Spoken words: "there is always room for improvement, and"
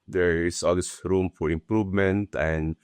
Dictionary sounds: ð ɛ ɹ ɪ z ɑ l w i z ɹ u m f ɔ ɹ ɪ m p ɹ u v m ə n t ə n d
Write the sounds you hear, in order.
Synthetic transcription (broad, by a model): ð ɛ ɹ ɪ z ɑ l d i s ɹ u m f ɔ ɹ ɪ m p ɹ u v m ə n t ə n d